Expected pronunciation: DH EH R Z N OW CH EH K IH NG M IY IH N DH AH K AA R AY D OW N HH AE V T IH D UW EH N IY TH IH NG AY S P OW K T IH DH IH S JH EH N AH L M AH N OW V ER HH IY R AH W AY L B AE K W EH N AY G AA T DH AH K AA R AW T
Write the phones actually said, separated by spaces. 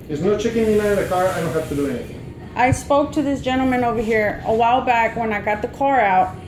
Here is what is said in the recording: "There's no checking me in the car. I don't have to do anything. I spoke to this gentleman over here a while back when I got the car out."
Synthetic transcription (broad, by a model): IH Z N OW CH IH K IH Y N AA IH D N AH K AA R AY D OW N HH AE F T IH D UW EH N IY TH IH NG AY S P OW K T IH DH IH S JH EH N L M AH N OW V ER HH IY R AH W AY L B AE K W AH N AY G AA T DH AH K AA R AW T